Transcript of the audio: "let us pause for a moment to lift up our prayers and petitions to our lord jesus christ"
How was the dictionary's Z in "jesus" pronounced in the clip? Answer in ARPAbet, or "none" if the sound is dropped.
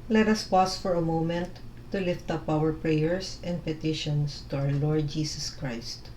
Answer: S